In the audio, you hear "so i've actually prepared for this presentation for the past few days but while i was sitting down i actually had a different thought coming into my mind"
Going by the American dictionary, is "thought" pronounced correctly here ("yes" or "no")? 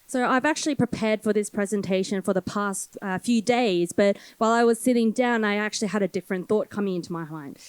yes